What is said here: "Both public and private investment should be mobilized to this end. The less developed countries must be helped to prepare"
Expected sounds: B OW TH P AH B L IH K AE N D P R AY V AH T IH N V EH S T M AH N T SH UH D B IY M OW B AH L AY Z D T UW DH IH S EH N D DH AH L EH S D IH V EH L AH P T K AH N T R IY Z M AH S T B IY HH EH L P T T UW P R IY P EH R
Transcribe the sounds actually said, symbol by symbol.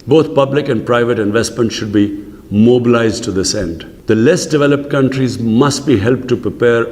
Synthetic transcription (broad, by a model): B OW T P AH B L IH K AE N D P R AY V AH T IH N V EH S T M AH N T SH UH D B IY M OW B AH L AY Z D T UW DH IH S EH N D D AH L EH S D IH V EH L AH P T K AH N T R IY Z M AH S T B IY HH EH L P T T UW P R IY P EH R